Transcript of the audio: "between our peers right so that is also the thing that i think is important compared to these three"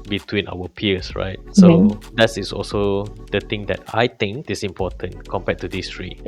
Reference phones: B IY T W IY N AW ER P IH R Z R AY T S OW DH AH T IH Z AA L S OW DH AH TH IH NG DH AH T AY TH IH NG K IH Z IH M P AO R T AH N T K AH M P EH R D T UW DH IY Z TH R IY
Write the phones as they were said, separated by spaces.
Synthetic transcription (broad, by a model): B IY T W IY N AW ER P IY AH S R AY T S OW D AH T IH S AA L S OW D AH T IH NG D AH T AY T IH NG K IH S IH M P AO T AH N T K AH M P EH T UW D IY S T R IY